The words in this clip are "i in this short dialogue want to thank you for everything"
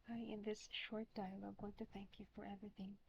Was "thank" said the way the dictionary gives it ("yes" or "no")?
yes